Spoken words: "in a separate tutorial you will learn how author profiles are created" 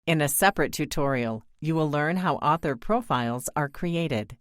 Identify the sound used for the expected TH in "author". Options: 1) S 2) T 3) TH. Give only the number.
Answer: 3